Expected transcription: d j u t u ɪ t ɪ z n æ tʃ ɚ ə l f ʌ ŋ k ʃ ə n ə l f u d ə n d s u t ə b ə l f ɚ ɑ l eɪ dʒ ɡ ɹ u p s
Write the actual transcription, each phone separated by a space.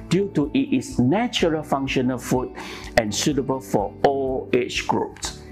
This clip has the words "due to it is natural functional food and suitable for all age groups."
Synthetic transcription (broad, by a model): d j u t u ɪ t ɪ s n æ tʃ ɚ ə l f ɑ ŋ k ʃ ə n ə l f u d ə n s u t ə b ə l f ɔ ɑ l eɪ tʃ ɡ ɹ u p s